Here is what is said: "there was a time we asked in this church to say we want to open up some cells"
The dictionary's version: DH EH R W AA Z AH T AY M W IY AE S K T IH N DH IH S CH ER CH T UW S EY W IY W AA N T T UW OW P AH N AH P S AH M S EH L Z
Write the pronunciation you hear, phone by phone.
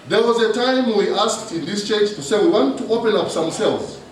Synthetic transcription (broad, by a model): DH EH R W AA Z AH T AY M W IY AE S K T IH N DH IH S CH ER S T UW S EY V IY W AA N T T UW OW P AH N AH P S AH M S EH L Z